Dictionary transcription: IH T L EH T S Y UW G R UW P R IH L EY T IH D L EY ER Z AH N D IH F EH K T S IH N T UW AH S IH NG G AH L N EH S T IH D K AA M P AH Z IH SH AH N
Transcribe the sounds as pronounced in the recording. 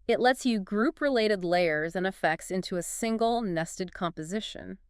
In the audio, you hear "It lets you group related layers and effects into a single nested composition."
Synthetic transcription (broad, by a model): IH T L EH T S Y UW G R UW P R IH L EY T IH D L EY ER Z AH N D IH F EH K T S IH N T UW AH S IH NG G L N EH S T IH D K AA M P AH Z IH SH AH N